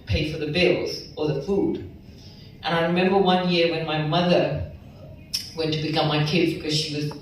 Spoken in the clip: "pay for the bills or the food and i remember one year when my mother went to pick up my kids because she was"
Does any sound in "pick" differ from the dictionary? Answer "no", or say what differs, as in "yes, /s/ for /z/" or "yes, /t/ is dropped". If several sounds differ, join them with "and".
yes, /b/ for /p/